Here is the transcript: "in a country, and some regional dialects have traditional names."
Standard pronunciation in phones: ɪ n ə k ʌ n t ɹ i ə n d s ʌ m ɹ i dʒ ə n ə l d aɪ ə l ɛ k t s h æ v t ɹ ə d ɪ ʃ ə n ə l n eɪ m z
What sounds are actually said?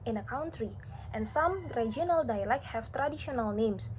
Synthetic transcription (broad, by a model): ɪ n ə k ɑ n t ɹ i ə n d s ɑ m ɹ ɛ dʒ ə n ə l d aɪ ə l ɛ k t h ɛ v t ɹ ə d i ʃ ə n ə l n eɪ m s